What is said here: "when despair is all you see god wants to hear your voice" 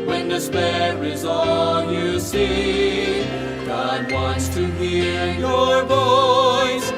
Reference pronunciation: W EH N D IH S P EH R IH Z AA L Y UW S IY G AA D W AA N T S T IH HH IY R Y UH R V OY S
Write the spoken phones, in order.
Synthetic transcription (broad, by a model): W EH N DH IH S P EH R IH Z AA N Y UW S IY G AA D W AA N T S T IH HH IY R Y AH R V OY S